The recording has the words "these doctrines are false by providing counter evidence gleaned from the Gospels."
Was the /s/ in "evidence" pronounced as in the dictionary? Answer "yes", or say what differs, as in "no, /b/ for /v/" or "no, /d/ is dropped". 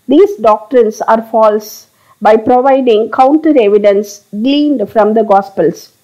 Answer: yes